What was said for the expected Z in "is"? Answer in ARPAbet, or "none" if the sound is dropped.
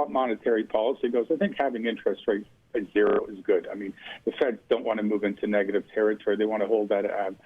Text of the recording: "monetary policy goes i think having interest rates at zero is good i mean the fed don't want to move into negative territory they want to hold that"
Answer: Z